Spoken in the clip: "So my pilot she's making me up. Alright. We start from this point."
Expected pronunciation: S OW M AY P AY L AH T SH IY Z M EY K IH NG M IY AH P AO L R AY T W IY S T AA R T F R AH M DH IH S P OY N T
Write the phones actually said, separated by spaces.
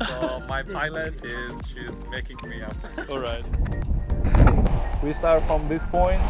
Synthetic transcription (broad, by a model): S OW M AY P AY L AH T SH IY Z M EY K IH NG M IY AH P AO L R AY T W IY S T AA R T F R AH M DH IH S P OY N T